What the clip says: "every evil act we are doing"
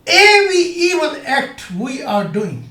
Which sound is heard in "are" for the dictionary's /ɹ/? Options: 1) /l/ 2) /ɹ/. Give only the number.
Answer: 2